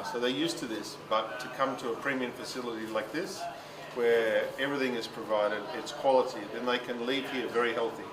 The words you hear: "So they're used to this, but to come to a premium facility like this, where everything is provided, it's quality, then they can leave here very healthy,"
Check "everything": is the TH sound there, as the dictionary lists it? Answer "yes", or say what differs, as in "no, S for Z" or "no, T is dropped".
yes